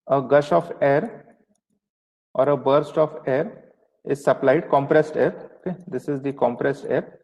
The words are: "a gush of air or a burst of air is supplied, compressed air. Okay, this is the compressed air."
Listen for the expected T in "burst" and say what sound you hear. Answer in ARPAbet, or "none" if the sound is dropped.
T